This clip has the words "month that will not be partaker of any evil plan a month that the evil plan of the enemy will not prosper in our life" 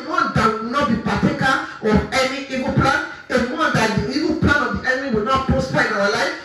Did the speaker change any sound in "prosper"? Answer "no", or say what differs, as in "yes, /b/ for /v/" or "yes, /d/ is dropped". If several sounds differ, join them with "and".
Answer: yes, /ɹ/ is dropped